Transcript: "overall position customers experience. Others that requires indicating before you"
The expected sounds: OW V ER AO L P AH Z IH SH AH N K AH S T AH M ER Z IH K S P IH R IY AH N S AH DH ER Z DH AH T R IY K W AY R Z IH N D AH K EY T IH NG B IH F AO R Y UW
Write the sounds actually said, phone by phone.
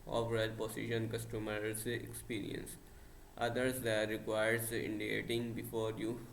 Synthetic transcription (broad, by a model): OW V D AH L P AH S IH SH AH N K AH S T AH M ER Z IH K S P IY R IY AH N S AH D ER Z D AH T R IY K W AY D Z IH N D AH K EY T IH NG B IH F AO R Y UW